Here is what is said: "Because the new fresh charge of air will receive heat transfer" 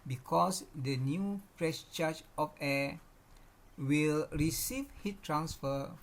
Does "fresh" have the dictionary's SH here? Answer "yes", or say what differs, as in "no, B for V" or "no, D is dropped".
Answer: no, S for SH